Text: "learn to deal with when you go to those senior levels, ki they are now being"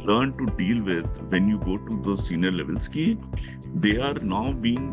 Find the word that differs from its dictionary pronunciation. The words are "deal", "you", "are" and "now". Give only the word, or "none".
none